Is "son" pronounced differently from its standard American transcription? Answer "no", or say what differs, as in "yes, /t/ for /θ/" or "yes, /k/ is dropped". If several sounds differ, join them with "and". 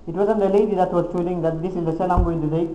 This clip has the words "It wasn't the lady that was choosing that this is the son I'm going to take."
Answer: yes, /l/ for /n/